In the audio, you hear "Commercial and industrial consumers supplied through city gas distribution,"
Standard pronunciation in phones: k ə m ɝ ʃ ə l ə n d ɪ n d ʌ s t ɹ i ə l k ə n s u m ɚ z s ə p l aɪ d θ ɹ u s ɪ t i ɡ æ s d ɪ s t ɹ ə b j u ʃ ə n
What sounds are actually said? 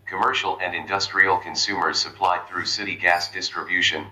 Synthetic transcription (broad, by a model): k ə m ɝ ʃ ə l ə n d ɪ n d ʌ s t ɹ i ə l k ə n s u m ɚ z s ə p l aɪ d θ ɹ u s ɪ t i ɡ æ s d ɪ s t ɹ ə b j u ʃ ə n